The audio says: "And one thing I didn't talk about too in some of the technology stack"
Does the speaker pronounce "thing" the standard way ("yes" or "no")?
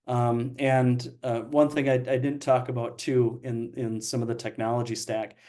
yes